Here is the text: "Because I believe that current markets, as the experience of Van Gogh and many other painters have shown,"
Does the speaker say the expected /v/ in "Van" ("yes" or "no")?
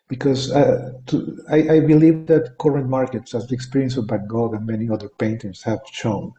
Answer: no